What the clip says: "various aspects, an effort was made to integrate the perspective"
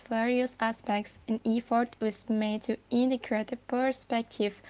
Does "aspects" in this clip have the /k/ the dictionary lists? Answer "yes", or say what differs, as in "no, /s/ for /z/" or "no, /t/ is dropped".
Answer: yes